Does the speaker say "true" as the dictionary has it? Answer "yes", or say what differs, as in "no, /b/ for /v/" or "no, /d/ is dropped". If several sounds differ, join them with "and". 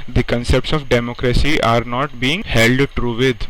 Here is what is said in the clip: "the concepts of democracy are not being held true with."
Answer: yes